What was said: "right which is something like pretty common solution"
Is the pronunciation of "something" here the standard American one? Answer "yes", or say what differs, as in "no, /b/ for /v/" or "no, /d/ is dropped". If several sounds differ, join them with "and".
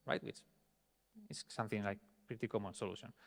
yes